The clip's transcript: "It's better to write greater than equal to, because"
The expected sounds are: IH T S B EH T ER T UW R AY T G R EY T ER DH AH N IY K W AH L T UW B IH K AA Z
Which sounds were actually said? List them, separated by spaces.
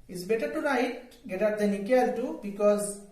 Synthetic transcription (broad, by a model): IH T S B EH T ER T UW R AY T G EY T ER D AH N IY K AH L T UW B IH K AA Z